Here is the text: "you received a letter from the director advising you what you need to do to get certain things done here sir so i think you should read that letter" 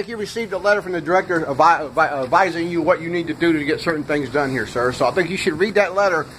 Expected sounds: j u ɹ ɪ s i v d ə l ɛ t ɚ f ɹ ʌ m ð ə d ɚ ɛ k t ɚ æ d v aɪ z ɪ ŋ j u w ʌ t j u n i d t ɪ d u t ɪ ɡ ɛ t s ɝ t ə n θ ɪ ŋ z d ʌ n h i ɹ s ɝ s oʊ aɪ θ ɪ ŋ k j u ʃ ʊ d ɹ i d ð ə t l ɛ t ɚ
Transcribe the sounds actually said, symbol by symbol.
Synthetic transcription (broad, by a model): j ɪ ɹ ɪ s i v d ə l ɛ t ɚ f ɹ ʌ m ð ə d ɚ ɛ k t ɚ æ d v aɪ z ɪ ŋ j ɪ w ʌ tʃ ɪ n i d t ɪ d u t ɪ ɡ ɛ t s ɝ t n θ ɪ ŋ z d ʌ n h i ɹ s ɝ s oʊ aɪ θ ɪ ŋ k j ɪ ʃ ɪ d ɹ i d ð ə t l ɛ t ɚ